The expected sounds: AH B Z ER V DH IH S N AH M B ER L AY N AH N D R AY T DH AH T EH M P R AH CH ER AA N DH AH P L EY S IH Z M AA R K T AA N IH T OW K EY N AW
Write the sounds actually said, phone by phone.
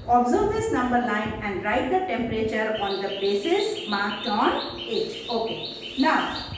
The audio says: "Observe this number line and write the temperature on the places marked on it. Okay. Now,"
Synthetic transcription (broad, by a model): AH B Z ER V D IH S N AH M B ER N AY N AH N D R AY T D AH T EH M P R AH CH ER AA N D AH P EY S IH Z M AA R K T AA N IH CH OW K EY N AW